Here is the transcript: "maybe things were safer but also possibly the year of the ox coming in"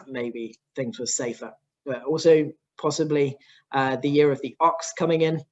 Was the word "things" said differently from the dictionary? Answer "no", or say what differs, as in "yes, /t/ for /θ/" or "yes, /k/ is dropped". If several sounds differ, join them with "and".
no